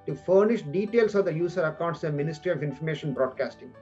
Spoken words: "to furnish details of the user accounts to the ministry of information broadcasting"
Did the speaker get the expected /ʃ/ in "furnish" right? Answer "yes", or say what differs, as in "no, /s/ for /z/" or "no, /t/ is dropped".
yes